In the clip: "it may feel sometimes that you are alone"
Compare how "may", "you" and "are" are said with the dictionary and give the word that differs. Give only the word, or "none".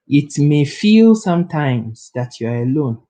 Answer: none